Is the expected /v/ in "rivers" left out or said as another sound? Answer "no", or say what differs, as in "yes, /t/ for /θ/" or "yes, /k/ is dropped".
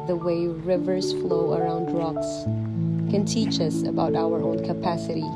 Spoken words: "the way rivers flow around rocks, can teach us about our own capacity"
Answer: no